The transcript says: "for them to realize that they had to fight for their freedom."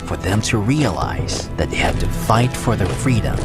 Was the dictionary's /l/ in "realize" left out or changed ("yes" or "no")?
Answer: no